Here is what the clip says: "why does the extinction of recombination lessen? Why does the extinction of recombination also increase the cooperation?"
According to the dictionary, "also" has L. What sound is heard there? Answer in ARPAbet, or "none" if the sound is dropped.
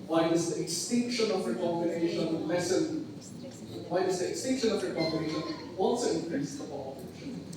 N